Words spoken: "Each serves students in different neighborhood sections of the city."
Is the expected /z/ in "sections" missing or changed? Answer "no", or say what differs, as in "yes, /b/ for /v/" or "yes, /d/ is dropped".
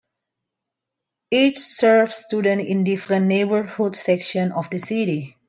yes, /z/ is dropped